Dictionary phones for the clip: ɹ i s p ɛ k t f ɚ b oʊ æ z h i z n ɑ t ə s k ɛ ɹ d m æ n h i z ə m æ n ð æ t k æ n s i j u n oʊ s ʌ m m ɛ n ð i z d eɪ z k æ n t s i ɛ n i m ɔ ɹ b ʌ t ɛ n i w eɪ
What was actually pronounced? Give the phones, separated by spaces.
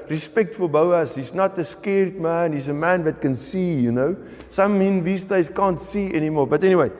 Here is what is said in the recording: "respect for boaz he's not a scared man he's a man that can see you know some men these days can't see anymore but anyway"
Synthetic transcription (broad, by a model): ɹ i s p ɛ k t f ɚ b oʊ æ s h i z n ɑ t ə s k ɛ ɹ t m æ n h i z ə m æ n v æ t k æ n s i j u n oʊ s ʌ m m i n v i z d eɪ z k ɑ n t s i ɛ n i m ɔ l b ʌ t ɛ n i w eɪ